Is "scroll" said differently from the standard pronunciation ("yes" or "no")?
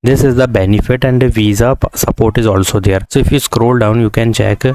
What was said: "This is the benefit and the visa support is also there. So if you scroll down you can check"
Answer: no